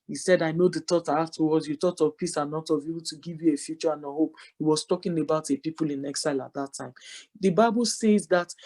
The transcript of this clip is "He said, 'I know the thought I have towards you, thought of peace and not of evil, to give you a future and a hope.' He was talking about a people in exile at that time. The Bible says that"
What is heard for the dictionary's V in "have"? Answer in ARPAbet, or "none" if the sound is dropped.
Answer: F